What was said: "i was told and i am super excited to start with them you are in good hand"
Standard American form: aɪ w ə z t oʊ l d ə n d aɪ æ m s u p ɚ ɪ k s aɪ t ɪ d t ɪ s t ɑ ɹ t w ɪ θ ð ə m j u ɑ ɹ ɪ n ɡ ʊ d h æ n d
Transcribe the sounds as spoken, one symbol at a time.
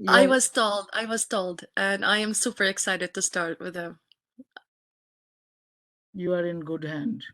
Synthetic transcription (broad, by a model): aɪ w ə z t oʊ l d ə l d aɪ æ m s u p ɚ ɪ k s aɪ t ɪ d t ɪ s t ɑ ɹ t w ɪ ð ə m j u ɑ ɹ ɪ n ɡ ʊ d h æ n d